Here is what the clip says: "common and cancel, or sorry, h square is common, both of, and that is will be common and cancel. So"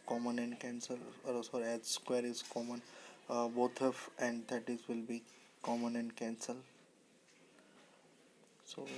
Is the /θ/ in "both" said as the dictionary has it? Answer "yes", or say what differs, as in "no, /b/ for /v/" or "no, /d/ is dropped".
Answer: no, /t/ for /θ/